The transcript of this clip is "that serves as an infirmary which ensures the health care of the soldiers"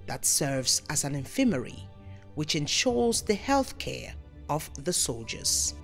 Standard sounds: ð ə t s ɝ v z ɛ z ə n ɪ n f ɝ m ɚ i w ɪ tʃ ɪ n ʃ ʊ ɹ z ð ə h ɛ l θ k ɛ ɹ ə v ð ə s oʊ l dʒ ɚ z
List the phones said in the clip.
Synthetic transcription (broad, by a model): ð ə t s ɝ v z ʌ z ə n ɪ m f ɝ m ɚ i w ɪ tʃ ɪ n ʃ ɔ ɹ z ð ə h ɛ l θ k ɛ ɹ ə v ð ə s oʊ l dʒ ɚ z